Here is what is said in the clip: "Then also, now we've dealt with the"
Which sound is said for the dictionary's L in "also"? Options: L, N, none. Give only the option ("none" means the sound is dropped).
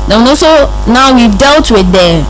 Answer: none